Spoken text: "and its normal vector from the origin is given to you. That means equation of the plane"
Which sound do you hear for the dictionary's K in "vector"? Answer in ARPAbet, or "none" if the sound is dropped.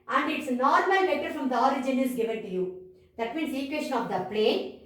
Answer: none